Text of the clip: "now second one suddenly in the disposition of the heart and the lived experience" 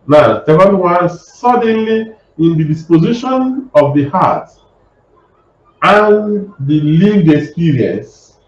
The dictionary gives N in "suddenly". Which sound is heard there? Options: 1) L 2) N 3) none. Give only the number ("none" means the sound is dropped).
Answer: 2